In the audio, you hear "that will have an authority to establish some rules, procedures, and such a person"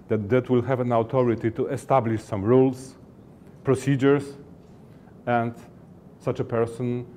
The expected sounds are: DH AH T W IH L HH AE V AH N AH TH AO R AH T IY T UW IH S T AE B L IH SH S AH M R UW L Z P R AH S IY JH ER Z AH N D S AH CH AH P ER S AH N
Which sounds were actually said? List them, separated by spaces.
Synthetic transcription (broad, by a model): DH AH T W IH L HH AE V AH N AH T AO R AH T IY T UW IH S T AE B L IH SH S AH M R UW L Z P R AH S IY JH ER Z AH N D S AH CH AH P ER S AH N